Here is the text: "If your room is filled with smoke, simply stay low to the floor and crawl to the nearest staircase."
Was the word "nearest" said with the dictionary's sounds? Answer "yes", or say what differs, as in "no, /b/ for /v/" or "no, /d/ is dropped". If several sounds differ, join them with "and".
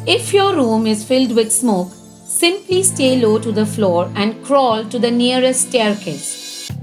no, /ɹ/ is dropped and /s/ is dropped